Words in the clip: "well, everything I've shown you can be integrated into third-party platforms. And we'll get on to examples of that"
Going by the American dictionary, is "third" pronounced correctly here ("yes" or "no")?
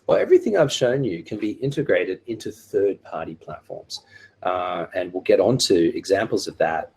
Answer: yes